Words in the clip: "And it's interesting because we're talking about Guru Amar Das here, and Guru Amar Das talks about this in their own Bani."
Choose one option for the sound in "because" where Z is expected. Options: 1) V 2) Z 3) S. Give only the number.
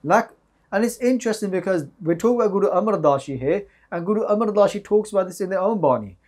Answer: 2